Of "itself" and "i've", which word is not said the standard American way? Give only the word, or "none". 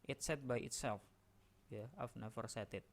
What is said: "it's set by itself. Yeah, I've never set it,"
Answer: i've